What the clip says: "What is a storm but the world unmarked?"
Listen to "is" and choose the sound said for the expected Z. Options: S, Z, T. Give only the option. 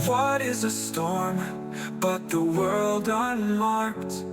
Z